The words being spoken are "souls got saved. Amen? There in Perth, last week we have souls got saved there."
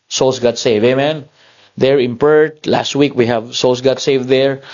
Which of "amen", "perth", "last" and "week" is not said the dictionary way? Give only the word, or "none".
perth